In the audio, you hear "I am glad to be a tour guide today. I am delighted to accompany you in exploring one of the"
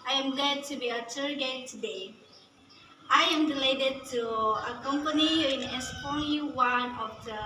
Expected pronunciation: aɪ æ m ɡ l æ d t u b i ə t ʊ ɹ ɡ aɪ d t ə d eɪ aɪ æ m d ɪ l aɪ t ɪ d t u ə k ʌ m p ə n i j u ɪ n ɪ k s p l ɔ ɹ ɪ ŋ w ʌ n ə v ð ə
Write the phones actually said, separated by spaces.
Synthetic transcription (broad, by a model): aɪ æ m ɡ l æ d t u b i ə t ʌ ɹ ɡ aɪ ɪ t ə d eɪ aɪ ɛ m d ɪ l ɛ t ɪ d t u ə k ʌ m p ə n i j ɪ n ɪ s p ɔ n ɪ w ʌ n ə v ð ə